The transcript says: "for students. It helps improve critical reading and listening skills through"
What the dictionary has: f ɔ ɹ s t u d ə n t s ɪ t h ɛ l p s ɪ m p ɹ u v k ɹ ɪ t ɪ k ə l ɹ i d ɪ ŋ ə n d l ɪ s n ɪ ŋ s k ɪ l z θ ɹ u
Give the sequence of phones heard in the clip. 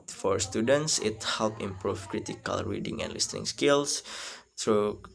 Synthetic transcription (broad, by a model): f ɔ ɹ s t u d ə n t s ɪ t h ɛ l p ɪ m p ɹ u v k ɹ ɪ t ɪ k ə l ɹ i d ɪ ŋ ə n d l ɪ s n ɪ ŋ s k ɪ l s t ɹ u